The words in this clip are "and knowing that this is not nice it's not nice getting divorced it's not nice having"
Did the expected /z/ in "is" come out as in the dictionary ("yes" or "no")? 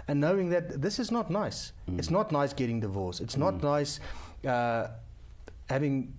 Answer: yes